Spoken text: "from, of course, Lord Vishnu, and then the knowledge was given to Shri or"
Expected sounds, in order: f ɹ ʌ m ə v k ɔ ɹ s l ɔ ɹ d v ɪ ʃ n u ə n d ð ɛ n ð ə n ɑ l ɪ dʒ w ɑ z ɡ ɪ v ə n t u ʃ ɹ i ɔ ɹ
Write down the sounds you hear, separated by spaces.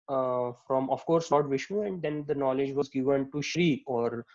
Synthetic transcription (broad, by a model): f ɹ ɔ m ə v k ɔ ɹ s l ɔ ɹ d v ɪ ʃ u ə n d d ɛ n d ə n ɑ l ɪ dʒ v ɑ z ɡ ɪ v ə n t u ʃ ɹ i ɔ ɹ